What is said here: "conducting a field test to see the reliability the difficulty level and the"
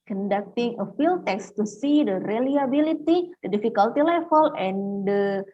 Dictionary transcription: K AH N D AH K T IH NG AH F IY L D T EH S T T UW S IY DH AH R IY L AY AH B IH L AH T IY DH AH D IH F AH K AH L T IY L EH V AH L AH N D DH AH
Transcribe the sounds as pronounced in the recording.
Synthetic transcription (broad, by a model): K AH N D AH K T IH NG AH F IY L T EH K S T UW S IY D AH R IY L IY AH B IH L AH T IY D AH D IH F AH K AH L T IY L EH F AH L AH N D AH